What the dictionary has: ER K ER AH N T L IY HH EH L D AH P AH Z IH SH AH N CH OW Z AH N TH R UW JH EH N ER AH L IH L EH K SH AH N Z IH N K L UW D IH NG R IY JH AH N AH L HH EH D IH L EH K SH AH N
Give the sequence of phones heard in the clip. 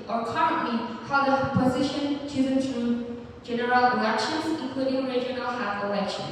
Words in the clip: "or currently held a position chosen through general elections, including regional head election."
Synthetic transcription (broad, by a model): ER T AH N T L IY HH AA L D AH P AH Z IH SH AH N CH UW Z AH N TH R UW JH EH N ER AH L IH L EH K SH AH N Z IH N K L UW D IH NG R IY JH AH N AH L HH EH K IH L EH K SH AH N